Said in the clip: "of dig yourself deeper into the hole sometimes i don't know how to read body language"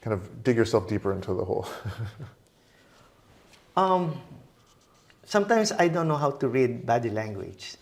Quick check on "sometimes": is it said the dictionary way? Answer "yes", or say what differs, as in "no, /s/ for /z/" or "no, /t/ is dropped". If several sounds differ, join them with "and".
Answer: no, /s/ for /z/